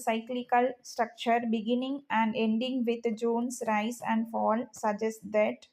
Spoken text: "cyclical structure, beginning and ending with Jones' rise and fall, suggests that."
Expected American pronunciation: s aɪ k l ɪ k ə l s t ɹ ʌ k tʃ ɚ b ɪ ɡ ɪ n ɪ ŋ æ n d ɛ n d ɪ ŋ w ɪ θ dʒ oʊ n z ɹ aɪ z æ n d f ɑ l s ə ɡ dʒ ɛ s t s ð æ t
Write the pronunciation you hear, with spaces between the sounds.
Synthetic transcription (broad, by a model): s aɪ k l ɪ k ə l s t ɹ ʌ k tʃ ɚ b ɪ ɡ ɪ n ɪ ŋ æ n d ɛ n d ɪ ŋ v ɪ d dʒ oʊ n s ɹ aɪ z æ n d f ɑ l s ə dʒ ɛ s t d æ t